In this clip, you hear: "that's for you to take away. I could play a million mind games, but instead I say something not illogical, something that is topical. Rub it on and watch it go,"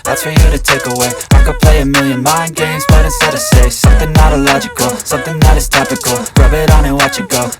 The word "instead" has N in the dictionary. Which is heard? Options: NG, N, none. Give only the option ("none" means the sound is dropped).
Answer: none